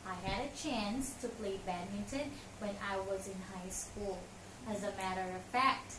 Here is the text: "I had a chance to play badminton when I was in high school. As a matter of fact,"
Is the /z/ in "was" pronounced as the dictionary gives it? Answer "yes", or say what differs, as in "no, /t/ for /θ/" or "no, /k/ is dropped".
yes